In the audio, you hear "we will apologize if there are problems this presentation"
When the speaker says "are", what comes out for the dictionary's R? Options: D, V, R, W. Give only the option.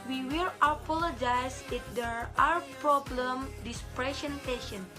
W